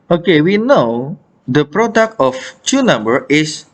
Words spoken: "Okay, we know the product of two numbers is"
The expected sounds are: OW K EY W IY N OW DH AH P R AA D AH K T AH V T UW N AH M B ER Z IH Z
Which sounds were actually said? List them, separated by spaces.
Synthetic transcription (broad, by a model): OW K EY W IY N OW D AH P R AA D AH K T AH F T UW N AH M B ER IH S